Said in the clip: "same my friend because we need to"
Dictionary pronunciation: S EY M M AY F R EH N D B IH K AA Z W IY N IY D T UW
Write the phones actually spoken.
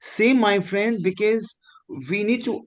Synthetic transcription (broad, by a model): S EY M M AY F R EH N D B IH K AA Z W IY N IY D T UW